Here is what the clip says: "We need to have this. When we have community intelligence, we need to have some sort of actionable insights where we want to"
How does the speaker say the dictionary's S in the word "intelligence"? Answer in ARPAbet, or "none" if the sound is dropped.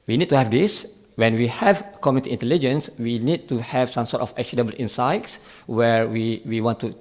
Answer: S